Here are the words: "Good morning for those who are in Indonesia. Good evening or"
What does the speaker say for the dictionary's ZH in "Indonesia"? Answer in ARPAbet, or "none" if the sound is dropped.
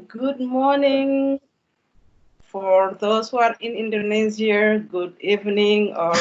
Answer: Z